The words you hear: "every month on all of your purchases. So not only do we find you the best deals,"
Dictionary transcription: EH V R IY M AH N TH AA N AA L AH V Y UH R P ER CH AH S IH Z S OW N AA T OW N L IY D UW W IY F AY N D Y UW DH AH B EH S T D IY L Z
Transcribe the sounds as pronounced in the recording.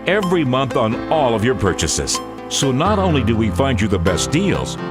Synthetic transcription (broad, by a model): EH V R IY M AH N TH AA N AA L AH V Y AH R P ER CH AH S IH Z S OW N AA T OW N L IY D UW W IY F AY N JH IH DH AH B EH S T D IY L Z